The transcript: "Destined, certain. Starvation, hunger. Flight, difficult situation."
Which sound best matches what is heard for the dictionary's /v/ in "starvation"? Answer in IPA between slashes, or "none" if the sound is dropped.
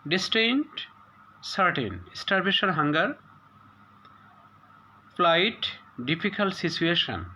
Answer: /b/